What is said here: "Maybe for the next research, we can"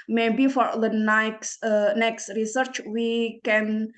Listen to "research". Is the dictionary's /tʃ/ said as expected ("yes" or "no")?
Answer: yes